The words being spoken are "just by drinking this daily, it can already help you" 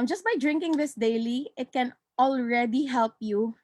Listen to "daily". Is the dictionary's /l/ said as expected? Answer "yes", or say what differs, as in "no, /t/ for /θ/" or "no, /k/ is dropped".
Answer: yes